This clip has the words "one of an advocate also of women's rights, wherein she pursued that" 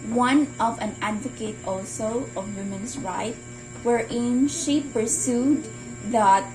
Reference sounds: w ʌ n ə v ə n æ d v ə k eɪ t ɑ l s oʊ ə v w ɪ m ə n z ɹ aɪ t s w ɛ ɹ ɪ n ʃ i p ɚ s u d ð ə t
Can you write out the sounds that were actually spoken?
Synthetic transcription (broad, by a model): w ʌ n ə v ə n æ d v ə k eɪ t ɑ l s oʊ ə v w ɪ m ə n s ɹ aɪ t w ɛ ɹ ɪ n ʃ i p ɚ s u d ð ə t